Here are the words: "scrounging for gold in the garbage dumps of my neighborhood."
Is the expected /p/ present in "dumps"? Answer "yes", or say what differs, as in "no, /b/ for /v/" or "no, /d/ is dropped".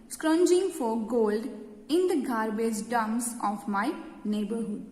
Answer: no, /p/ is dropped